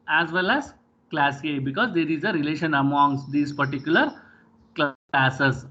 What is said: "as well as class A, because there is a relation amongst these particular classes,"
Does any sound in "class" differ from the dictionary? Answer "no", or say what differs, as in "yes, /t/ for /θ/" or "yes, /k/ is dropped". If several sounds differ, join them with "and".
no